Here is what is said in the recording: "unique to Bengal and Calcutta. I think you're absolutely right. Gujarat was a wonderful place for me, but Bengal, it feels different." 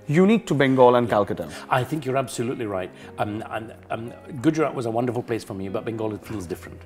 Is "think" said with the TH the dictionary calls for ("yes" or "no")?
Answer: yes